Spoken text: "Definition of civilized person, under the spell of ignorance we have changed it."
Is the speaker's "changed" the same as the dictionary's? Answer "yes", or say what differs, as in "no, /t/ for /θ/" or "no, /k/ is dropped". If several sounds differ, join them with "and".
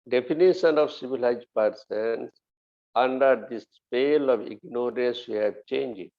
no, /d/ is dropped